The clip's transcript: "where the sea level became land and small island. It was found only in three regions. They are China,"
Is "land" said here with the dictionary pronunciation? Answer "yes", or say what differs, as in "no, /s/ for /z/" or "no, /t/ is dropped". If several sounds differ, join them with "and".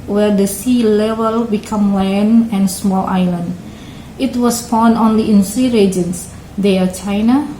no, /d/ is dropped